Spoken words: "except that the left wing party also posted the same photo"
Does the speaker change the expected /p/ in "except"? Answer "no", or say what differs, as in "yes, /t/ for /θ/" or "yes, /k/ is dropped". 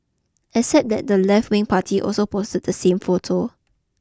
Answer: yes, /p/ is dropped